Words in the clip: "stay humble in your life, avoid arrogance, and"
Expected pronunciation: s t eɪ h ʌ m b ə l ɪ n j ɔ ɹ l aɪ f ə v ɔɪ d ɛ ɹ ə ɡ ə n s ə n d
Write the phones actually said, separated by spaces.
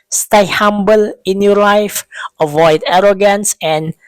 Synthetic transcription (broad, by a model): s t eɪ h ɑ m b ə l ɪ n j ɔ l aɪ f ə v ɔɪ d ɛ ɹ ə ɡ ə n s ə n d